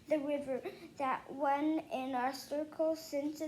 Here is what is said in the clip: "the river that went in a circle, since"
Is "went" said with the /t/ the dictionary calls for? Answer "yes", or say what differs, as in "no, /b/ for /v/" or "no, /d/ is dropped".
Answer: no, /t/ is dropped